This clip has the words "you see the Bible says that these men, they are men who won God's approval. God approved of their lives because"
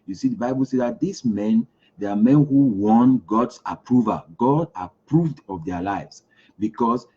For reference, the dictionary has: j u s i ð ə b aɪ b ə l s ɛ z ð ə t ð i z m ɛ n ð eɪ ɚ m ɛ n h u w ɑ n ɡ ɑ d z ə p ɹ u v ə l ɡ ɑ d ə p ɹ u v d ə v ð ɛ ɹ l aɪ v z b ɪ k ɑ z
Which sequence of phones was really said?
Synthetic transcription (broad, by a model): j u s i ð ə b aɪ b ə l s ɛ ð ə t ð i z m ɛ n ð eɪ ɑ m ɛ n h u w ɑ n ɡ ɑ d s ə p ɹ u v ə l ɡ ɑ d ə p ɹ u v d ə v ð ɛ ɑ l aɪ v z b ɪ k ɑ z